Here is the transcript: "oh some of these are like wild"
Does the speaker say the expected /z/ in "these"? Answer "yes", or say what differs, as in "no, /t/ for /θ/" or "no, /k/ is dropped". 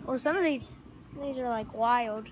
yes